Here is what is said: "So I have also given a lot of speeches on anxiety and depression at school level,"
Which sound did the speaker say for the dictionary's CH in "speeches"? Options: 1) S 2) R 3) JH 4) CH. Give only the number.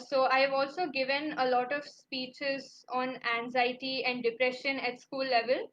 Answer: 4